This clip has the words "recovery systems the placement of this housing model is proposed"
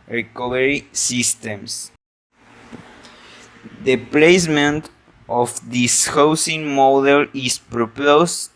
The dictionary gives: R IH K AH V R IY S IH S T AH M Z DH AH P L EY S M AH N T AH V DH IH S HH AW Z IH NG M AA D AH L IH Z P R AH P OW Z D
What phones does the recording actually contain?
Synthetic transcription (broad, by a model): R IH K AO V R IY S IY S T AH M S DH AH P L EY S M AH N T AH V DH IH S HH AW S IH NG M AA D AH L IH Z P R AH P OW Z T